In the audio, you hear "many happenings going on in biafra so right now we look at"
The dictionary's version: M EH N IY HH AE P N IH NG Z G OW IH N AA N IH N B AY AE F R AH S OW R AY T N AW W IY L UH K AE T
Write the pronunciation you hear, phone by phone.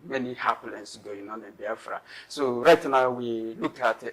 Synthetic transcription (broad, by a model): M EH N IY HH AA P L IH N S G OW IH N AA N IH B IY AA F R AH S OW R AY T N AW W IY L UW K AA T